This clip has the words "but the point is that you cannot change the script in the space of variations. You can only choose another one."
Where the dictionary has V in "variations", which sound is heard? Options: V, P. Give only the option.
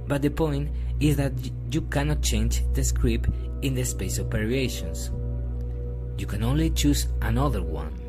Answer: P